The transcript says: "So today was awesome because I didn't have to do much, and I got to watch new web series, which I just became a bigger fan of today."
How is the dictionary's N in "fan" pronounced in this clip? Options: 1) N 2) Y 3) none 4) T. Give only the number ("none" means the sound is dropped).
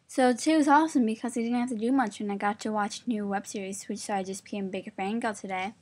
3